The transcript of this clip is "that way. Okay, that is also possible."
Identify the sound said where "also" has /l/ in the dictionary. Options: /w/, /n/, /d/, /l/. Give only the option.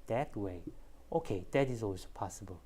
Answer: /w/